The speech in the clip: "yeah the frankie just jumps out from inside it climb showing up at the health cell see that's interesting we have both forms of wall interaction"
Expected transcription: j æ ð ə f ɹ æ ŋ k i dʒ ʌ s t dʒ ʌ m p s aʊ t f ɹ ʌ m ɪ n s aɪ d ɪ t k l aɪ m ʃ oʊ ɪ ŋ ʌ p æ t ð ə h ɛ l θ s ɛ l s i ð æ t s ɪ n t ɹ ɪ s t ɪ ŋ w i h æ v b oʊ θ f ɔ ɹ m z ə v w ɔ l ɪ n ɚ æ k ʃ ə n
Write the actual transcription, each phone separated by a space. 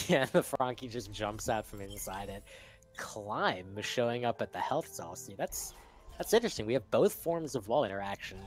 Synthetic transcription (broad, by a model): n ð ə f ɹ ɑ ŋ k i dʒ ʌ s dʒ ʌ m p s aʊ t f ɹ ʌ m ɪ n s aɪ d ɪ t k l aɪ m ʃ oʊ ɪ ŋ ʌ p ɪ t ð ə h ɛ l θ s ɛ l s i ð æ t s ɪ n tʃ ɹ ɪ s t ɪ ŋ w i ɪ v b oʊ θ f ɔ ɹ m z ə v ɔ l ɪ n ɚ æ k ʃ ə n